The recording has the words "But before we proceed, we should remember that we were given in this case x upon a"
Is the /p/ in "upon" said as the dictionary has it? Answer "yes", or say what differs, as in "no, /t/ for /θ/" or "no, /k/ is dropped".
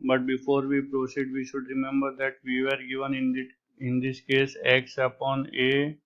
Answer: yes